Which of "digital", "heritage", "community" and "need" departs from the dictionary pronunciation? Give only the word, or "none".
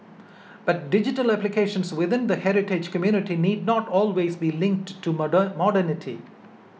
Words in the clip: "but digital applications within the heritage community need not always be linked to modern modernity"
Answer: none